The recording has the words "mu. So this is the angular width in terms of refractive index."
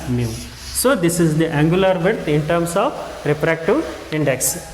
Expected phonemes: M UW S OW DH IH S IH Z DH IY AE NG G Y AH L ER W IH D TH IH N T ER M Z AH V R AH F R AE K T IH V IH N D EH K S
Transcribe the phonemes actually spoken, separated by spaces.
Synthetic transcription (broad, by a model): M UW S OW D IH S IH Z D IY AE NG G Y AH L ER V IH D T IH N T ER M S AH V R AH P R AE K T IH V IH N D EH K S